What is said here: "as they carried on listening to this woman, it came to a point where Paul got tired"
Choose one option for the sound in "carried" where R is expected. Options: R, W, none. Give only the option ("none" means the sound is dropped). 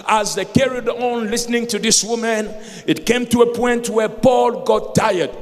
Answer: R